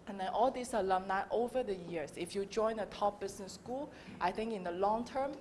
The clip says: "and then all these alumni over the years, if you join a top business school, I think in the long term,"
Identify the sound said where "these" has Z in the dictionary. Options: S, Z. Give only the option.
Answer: S